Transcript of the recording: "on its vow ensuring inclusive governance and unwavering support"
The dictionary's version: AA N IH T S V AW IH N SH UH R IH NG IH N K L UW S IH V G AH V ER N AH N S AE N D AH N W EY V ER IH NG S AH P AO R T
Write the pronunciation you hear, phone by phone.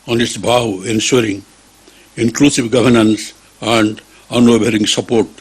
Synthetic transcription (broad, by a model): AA N IH T S B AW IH N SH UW R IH NG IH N K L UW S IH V G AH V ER N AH N S AE N D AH N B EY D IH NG S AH P AO R T